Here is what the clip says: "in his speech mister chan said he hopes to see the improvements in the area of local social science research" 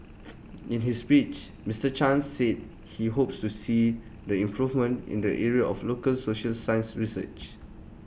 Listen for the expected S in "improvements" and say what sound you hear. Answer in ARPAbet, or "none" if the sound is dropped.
none